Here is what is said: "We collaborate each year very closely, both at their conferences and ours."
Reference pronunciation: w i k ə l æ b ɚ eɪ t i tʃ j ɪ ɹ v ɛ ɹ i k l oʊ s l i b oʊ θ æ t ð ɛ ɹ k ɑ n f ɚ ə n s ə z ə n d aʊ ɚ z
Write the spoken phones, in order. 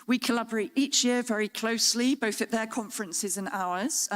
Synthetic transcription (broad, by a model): w i k ə l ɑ b ɚ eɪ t i tʃ j ɪ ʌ v ɛ ɹ i k l oʊ s l i b oʊ θ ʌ t ð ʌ k ɑ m f ɚ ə n s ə z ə n aʊ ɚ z